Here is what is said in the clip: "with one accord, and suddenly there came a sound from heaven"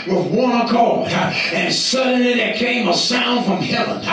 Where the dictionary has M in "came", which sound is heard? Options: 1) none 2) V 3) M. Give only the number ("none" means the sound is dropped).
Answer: 3